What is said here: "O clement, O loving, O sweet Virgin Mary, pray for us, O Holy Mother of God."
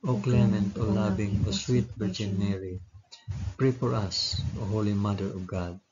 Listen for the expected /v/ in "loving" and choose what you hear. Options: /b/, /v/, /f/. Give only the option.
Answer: /b/